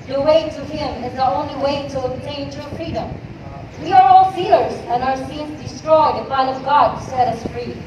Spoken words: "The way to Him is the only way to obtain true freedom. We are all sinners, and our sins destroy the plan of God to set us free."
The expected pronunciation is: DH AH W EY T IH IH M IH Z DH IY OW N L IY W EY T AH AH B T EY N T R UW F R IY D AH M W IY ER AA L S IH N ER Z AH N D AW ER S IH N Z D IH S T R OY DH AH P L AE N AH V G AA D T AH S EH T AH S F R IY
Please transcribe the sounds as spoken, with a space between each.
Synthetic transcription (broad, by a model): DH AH W EY T IH IH M IH Z DH IY OW N L IY W EY T AH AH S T EY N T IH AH F R IY D AH M W IY ER AA L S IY L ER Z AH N AW ER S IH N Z D IH S T R OY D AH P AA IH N AH V G AA D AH S EH T AH S F R IY